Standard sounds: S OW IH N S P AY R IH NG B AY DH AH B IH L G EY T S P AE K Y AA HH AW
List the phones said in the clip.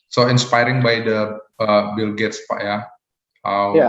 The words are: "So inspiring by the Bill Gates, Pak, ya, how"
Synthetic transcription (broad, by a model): S OW IH N S P AY R IH NG B AY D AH B IH L G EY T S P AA Y AA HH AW